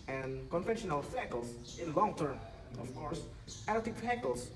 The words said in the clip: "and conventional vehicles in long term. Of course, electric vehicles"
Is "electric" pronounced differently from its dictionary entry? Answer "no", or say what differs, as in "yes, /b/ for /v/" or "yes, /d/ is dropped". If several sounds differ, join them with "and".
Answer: yes, /ɹ/ is dropped